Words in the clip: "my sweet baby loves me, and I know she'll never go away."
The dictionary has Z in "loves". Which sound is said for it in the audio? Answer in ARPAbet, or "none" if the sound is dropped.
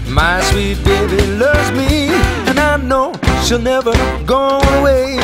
Z